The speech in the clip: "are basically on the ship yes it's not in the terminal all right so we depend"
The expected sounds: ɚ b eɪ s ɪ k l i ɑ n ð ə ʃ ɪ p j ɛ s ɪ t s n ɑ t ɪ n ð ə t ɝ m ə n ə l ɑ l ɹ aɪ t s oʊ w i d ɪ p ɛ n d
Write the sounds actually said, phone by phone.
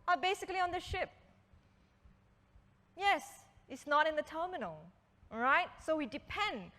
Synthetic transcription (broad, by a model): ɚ b eɪ s ɪ k l i ɑ n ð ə ʃ ɪ p j ɛ s ɪ t s n ɑ t ɪ n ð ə t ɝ m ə n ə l l ɹ aɪ t s oʊ w i d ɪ p ɛ n d